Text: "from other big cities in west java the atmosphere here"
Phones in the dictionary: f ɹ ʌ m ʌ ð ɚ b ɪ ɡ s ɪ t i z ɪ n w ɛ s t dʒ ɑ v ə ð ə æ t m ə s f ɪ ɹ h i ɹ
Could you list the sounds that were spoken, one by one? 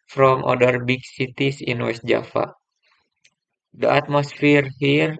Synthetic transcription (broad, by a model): f ɹ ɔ m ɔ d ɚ b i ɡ s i t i s ɪ n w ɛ s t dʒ ɑ f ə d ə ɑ t m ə s f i ɹ h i ɹ